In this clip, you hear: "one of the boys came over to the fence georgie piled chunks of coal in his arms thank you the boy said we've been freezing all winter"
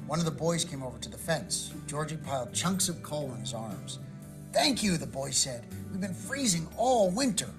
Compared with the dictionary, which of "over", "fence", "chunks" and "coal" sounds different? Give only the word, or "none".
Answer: none